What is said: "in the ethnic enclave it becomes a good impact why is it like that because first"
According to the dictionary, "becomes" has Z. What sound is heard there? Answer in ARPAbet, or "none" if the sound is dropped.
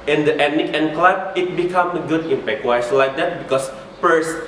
none